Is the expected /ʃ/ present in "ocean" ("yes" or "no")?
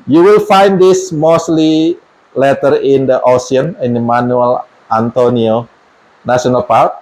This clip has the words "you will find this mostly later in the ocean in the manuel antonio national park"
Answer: no